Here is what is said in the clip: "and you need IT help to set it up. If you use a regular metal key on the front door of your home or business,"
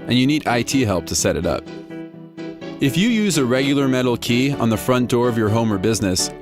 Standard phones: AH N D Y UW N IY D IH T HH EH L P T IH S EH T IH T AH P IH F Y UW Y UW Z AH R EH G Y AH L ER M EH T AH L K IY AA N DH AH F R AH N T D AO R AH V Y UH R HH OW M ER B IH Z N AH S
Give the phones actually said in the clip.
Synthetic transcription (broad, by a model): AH N Y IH N IY D IH T HH EH L P T IH S EH T IH T AH P IH F Y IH Y UW Z AH R EH G Y L ER M EH T L K IY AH N DH AH F R AH N D AO R AH V Y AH R HH OW M ER B IH Z N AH S